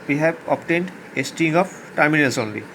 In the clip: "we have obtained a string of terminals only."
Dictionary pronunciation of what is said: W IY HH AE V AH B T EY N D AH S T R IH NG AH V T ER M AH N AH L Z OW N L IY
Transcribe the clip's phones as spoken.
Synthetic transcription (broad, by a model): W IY HH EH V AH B T EY N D AH S T IH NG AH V T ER M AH N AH L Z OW N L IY